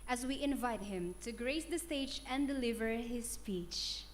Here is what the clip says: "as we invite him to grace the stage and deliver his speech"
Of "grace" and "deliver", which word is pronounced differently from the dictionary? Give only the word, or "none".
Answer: none